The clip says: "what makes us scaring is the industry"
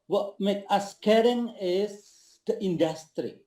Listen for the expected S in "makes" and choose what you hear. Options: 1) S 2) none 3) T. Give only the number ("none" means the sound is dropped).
2